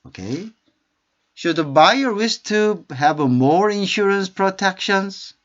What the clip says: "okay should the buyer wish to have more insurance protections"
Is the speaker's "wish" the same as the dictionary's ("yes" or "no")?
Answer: no